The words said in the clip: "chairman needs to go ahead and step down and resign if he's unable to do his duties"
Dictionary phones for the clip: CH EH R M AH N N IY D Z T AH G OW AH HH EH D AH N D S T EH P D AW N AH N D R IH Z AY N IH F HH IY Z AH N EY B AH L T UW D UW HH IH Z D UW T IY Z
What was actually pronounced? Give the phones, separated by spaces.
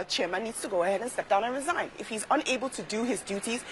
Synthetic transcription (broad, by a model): CH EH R M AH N N IY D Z T AH G OW AH HH EH D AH N S T EH P D AW N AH N R IH Z AY N IH F HH IY Z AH N EY B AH L T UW D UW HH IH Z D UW T IY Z